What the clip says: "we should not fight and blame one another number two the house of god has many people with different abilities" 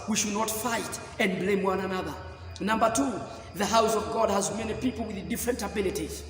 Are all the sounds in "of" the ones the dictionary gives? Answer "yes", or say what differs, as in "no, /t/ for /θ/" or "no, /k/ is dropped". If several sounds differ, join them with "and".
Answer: yes